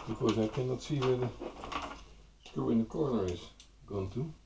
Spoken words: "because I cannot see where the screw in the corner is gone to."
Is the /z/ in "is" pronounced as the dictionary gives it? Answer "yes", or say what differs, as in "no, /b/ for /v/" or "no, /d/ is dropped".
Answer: no, /s/ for /z/